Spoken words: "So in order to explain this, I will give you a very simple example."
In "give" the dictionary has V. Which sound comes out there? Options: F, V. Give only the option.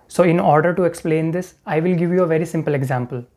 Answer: V